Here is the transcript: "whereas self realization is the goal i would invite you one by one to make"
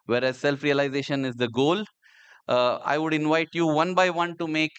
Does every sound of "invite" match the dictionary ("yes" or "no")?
yes